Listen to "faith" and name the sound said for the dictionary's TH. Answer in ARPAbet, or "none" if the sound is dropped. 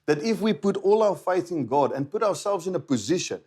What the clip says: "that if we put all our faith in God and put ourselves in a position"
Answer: TH